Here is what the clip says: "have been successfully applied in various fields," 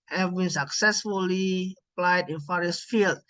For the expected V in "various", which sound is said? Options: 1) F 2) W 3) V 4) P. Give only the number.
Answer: 1